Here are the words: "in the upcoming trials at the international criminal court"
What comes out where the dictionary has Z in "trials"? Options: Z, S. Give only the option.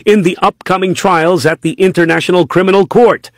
Z